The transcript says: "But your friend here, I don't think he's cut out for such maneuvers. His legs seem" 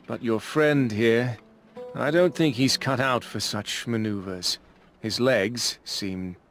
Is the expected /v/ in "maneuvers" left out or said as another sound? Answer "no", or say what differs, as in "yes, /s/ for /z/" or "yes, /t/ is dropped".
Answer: no